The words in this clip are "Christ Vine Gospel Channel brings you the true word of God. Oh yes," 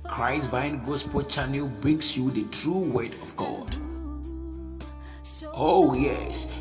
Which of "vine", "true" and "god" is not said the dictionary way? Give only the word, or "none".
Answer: none